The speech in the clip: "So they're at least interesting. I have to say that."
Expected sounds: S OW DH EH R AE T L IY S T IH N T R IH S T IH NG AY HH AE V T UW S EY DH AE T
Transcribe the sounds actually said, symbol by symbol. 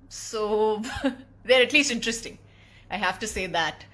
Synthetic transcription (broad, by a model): S OW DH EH R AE T L IY S T IH N T R IH S T IH NG AY HH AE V T UW S EY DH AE T